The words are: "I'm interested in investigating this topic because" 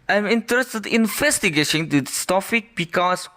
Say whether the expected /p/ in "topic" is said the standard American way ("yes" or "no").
no